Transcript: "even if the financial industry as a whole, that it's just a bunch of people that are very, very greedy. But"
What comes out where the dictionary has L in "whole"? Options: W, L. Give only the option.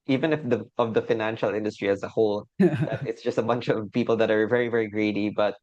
L